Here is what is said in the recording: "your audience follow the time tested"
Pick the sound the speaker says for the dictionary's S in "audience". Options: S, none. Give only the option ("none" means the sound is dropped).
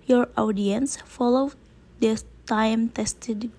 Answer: S